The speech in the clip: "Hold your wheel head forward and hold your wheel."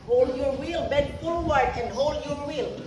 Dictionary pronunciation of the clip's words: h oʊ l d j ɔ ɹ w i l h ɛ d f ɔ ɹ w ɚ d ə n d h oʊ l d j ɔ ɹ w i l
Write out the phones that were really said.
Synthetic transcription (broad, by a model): h oʊ l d j ɔ ɹ w i l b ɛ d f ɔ l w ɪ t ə n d h oʊ l d j ɔ ɹ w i l